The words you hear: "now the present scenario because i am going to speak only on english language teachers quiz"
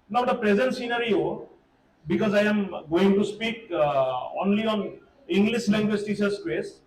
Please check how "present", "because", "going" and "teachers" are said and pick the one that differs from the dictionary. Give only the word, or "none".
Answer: teachers